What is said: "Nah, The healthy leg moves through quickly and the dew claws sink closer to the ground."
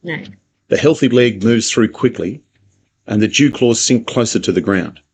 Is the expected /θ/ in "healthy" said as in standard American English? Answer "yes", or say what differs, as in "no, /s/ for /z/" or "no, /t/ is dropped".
yes